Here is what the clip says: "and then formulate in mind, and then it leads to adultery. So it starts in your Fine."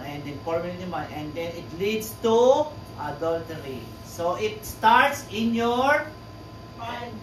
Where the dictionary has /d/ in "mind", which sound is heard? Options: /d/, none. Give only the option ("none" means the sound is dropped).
none